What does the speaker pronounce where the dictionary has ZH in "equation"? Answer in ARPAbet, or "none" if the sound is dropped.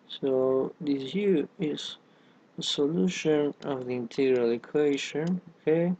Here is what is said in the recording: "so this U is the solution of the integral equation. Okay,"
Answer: SH